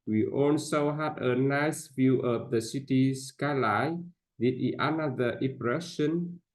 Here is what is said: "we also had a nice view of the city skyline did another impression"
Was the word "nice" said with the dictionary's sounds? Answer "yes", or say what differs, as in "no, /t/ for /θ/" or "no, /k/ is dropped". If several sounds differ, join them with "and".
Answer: yes